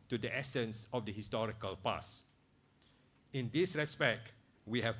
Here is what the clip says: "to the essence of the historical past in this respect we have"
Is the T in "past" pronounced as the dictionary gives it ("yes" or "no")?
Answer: no